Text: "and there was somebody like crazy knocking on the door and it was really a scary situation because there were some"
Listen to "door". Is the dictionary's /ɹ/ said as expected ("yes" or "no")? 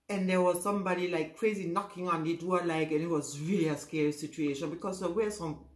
no